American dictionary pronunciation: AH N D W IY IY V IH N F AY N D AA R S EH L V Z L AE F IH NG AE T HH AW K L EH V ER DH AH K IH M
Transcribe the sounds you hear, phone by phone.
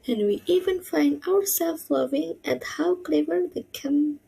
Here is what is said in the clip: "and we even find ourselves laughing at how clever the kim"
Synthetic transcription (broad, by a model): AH N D W IY IY V IH N F AY N D AA R S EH L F L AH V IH NG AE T HH AW K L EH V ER DH AH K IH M